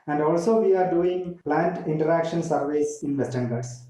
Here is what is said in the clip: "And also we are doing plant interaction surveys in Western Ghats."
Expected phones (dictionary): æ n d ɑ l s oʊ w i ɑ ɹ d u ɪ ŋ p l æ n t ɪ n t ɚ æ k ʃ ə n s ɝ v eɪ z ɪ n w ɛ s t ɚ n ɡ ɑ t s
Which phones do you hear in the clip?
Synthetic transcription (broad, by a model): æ n d ɑ l s oʊ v i ɑ ɹ d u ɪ ŋ p l æ n t ɪ n t ɚ æ k ʃ ə n s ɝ v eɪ s ɪ n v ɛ s t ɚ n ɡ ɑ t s